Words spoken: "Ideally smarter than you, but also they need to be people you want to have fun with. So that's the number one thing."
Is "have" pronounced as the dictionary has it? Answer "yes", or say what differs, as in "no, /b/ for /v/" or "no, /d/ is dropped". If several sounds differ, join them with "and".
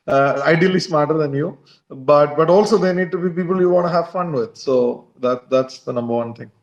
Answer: yes